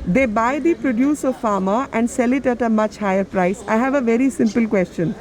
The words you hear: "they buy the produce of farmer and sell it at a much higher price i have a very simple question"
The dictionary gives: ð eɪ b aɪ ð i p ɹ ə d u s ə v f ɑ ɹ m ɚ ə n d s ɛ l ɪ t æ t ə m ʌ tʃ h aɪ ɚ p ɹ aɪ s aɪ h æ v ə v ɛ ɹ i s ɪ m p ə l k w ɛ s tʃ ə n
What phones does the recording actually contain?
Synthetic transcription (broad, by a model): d eɪ b aɪ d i p ɹ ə d u s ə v f ɑ ɹ m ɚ ə n d s ɛ l ɪ t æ t ə m ʌ tʃ h aɪ ɚ p ɹ aɪ s aɪ h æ v ə v ɛ ɹ i s ɪ m p ə l k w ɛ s tʃ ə n